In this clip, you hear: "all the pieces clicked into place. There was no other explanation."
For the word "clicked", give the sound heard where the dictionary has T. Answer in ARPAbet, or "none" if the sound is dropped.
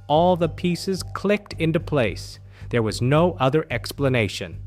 T